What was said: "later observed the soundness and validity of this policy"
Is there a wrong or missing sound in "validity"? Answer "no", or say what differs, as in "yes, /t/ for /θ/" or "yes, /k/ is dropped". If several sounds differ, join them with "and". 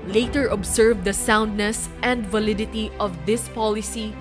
no